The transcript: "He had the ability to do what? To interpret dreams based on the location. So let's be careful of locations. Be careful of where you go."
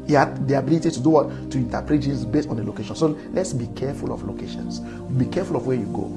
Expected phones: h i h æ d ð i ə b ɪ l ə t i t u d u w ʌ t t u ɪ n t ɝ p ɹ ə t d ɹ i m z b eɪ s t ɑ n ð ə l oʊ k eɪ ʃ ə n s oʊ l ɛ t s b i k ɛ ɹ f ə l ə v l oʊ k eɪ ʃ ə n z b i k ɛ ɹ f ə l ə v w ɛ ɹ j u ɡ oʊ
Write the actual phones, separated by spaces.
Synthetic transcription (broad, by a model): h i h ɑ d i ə b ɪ l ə t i t u d u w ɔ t t u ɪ n t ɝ p ɹ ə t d i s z b eɪ s t ɑ n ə l oʊ k eɪ ʃ ə n s oʊ l ɛ t s b i k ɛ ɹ f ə l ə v l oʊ k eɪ ʃ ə n s b i k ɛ f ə l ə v w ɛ j u ɡ oʊ